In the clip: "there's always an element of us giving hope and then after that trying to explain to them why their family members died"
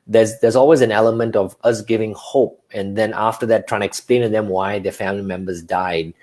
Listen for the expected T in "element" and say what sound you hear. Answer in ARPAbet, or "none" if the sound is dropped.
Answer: T